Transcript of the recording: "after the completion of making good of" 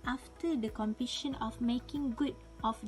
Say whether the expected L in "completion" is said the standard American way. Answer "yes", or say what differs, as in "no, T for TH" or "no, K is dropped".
no, L is dropped